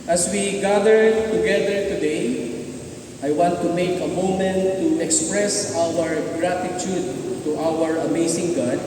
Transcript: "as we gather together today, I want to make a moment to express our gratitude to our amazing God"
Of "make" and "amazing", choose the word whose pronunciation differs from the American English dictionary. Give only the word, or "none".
amazing